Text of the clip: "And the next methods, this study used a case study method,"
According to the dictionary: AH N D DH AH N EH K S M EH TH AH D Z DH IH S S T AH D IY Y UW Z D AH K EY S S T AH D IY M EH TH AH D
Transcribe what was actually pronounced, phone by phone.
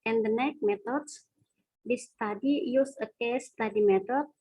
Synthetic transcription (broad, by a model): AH N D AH N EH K M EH T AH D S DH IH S S T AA D IY Y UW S AH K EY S S T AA D IY M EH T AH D